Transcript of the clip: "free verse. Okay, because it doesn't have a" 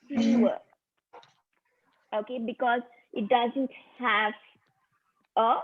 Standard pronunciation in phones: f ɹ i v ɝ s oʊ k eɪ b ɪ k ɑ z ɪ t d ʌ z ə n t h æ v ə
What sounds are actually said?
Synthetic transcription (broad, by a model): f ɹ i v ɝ oʊ k eɪ b ɪ k ɑ z ɪ t d ʌ z ə n t h æ v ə